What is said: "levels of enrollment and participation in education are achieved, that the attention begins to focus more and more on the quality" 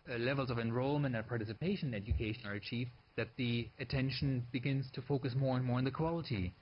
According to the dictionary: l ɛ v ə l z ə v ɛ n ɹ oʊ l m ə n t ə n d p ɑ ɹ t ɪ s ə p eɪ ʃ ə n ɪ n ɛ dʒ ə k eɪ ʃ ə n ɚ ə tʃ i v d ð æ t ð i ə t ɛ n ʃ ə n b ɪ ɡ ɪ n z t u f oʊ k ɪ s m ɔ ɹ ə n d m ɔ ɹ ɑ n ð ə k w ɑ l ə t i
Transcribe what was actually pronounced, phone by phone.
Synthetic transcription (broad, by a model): l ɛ v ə l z ə v ɛ n ɹ oʊ l m ə n t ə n p ɑ ɹ t ɪ s ə p eɪ ʃ ə n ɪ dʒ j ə k eɪ ʃ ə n ɚ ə tʃ i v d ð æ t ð i ə t ɛ n ʃ ə n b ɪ ɡ ɪ n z t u f oʊ k ɪ s m ɔ ɹ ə n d m ɔ ɹ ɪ n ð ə k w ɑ l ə t i